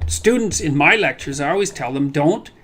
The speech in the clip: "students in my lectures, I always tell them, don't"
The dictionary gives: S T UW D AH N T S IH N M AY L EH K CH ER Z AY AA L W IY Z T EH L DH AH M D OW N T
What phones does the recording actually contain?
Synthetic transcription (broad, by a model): S T UW D N T S IH N M AY L EH K CH ER Z AA L W IY Z T EH L DH AH M D OW N T